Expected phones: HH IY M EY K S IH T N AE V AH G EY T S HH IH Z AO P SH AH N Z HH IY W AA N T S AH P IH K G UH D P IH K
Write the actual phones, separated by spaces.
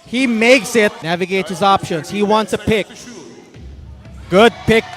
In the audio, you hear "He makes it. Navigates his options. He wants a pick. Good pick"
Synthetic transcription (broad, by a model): HH IY M EY K S IH T N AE V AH G EY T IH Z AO P SH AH N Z HH IY W AA N T S AH P IH K G UH D P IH K